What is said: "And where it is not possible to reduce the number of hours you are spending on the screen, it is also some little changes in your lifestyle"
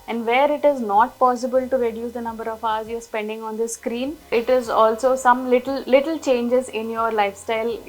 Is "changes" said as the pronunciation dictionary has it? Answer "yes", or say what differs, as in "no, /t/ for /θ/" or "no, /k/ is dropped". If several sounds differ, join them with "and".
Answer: yes